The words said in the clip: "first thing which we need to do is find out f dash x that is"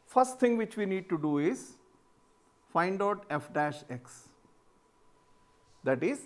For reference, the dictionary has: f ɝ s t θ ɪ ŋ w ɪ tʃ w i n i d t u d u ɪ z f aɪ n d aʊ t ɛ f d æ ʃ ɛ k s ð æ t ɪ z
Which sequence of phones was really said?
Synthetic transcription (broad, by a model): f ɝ s t t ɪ ŋ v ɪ tʃ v i n i d t u d u ɪ z f aɪ n d aʊ t ɛ f d æ ʃ ɛ k s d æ t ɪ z